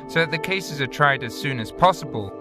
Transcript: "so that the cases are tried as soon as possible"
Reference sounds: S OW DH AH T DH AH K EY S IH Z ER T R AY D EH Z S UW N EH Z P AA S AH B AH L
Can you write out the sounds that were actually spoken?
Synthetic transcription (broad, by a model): S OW DH AH T DH AH K EY S IH Z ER T R AY D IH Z S UW N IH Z P AA S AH B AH L